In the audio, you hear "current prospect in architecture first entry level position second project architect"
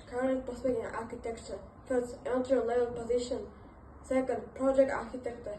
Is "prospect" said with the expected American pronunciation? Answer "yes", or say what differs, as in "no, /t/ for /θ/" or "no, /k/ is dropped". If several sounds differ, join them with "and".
no, /ɹ/ is dropped and /k/ is dropped